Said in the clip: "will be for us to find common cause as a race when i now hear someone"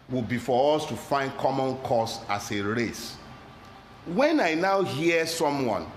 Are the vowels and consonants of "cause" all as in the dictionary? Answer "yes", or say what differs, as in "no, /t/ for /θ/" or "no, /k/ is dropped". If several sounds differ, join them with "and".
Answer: no, /s/ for /z/